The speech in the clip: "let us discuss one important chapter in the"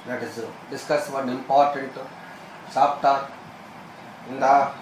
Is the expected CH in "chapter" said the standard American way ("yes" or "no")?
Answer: no